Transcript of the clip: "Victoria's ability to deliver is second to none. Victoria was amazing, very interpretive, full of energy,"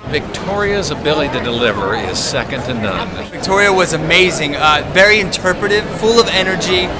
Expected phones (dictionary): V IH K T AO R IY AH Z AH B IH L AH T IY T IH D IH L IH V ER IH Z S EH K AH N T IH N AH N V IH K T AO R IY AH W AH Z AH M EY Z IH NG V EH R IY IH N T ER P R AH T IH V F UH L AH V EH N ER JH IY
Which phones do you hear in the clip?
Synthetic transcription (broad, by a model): V IH K T AO R IY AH Z AH B IH L AH T IY T IH D IH L IH V ER IH Z S EH K AH N T IH N AH N V IH K T AO R IY AH W AH Z AH M EY Z IH NG V EH R IY IH N T ER P R AH T IH V F UH L AH V EH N ER JH IY